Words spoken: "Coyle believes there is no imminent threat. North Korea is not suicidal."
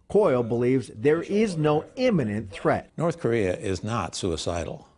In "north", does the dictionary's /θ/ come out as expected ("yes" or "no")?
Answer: yes